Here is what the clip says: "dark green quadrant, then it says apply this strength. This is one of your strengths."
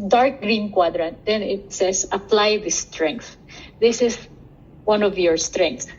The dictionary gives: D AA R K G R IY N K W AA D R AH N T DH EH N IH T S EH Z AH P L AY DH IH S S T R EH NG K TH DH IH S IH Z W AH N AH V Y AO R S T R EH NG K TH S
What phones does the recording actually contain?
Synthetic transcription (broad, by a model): D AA R K G R IY N K W AA D R AH N T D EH N IH T S EH S AH P L AY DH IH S S T R EH NG K TH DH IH S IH S W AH N AH V Y AO R S T R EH NG K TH